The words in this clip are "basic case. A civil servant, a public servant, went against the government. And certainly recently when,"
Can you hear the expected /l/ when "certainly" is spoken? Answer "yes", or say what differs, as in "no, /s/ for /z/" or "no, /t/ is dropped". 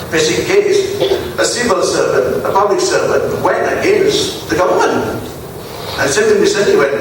no, /w/ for /l/